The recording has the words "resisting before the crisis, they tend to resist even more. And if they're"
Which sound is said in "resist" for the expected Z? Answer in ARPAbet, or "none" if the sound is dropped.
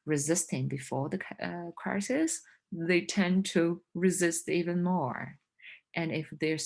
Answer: Z